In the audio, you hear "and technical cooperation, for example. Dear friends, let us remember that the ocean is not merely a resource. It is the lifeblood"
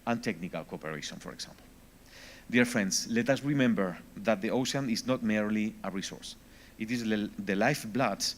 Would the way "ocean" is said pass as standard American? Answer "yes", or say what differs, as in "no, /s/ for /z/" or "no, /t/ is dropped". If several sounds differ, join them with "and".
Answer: no, /s/ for /ʃ/